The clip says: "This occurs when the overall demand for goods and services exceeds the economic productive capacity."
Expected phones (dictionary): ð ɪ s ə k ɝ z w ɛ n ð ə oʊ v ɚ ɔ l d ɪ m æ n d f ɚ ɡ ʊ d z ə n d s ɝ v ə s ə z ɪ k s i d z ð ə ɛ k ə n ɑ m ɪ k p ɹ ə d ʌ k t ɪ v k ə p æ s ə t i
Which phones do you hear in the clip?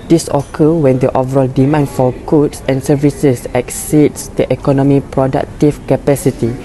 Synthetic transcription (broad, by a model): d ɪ s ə k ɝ w ɛ n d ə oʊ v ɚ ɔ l d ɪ m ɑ n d f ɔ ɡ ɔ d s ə n s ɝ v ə s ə s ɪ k s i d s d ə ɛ k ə n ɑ m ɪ p ɹ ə d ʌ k t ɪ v k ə p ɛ s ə t i